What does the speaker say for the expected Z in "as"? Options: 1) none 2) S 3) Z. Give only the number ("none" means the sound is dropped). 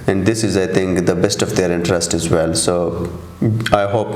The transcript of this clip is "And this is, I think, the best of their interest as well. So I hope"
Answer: 3